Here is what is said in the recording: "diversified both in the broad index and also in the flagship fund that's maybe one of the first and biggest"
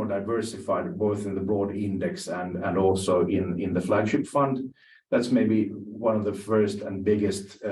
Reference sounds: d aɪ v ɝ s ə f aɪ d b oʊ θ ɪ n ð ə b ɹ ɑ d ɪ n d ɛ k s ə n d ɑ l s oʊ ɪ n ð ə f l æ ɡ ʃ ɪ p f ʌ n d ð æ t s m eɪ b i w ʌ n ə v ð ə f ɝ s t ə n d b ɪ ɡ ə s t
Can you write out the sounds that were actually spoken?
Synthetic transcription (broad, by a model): d aɪ v ɝ s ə f aɪ d b oʊ θ ɪ n ð ə b ɹ ɑ d ɪ n d ɛ k s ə n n ɑ l s oʊ ɪ n ð ə f l æ ɡ ʃ ɪ p f ʌ n d ð æ t s m eɪ b i w ʌ n ə v ð ə f ɝ s t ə n b ɪ ɡ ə s t